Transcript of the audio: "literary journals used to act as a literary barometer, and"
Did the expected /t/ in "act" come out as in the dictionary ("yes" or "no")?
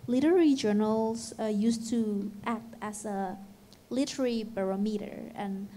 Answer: yes